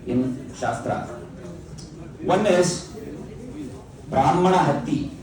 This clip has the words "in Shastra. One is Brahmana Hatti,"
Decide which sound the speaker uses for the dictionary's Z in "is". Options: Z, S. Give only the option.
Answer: S